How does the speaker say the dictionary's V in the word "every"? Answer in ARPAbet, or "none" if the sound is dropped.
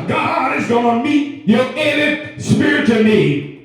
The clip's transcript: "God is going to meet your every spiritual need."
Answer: none